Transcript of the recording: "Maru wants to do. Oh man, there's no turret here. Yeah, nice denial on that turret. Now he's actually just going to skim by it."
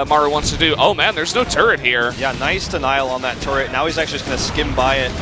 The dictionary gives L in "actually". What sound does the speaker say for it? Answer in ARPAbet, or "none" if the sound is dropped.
none